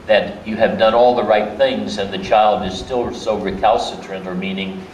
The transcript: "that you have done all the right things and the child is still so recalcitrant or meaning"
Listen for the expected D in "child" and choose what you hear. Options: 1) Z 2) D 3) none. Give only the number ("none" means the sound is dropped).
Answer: 2